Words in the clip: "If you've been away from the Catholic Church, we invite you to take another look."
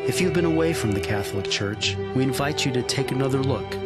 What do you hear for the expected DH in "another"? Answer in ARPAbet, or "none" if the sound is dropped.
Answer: DH